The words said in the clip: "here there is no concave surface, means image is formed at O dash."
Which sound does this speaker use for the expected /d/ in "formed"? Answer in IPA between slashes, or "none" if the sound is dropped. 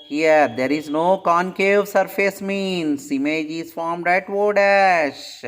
/d/